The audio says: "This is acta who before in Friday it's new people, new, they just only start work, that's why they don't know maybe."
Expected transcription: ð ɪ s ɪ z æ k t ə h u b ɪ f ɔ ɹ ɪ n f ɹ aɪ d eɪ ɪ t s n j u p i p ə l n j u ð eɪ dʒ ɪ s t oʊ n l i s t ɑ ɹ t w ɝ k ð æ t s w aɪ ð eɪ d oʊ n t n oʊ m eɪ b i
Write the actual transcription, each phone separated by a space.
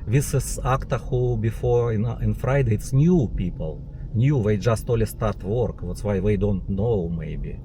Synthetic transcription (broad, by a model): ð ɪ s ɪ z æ k t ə h u b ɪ f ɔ ɹ ɪ n f ɹ aɪ d eɪ ɪ t s n j u p i p ə l n j u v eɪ dʒ ɪ s t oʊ l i s t ɑ ɹ t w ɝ k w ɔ t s w aɪ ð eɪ d oʊ n t n oʊ m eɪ b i